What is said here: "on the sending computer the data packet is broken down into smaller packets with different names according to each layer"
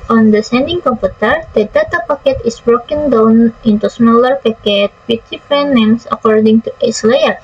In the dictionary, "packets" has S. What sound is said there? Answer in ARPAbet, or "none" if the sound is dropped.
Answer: none